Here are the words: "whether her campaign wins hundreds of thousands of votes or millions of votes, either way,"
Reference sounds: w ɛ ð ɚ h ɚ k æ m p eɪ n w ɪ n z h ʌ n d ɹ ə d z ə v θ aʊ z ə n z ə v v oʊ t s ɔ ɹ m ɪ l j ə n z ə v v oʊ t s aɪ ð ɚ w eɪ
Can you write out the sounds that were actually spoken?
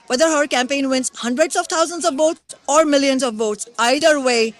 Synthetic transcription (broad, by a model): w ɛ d ɚ h ɚ k æ m p eɪ n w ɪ n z h ʌ n d ɹ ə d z ə v t aʊ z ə n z ə v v oʊ t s ɔ ɹ m ɪ l j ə n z ə v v oʊ t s aɪ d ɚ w eɪ